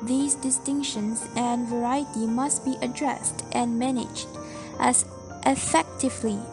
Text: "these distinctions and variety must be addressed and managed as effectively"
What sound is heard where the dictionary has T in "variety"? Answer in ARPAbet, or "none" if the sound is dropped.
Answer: T